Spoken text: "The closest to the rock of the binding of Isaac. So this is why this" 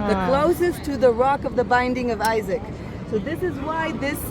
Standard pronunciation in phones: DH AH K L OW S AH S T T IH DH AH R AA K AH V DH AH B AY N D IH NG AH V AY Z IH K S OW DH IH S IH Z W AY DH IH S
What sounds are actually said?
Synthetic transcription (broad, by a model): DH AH K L OW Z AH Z T IH DH AH R AA K AH V DH AH B AY N D IH NG AH V AY Z IH K S OW DH IH S IH Z W AY DH IH S